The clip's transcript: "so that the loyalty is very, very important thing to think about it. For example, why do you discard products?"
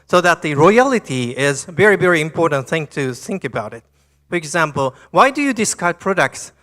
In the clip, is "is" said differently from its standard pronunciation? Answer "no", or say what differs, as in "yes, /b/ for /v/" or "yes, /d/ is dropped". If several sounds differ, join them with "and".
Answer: no